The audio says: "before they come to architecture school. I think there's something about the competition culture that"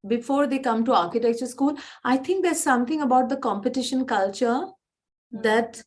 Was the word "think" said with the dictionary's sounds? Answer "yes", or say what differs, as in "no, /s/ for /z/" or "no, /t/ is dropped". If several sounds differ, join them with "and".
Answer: no, /t/ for /θ/